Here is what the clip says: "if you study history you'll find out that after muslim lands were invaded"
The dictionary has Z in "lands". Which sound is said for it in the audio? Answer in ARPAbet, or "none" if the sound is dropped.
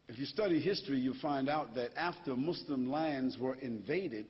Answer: Z